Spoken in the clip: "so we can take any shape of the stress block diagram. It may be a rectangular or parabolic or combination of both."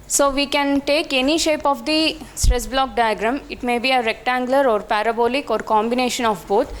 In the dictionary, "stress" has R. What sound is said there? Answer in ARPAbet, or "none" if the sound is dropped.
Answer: R